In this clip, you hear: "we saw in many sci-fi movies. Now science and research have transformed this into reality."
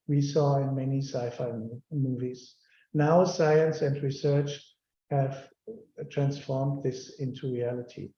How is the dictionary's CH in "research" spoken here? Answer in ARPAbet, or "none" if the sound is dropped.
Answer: CH